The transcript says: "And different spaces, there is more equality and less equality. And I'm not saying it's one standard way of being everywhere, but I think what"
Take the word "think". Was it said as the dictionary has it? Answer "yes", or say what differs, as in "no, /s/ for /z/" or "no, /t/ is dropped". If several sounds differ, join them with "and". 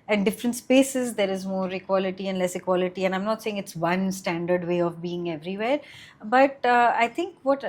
no, /t/ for /θ/